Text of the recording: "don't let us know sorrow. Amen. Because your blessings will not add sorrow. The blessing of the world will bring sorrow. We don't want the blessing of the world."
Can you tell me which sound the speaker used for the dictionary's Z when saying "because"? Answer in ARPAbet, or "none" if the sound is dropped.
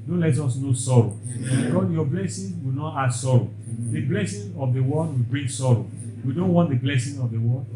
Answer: none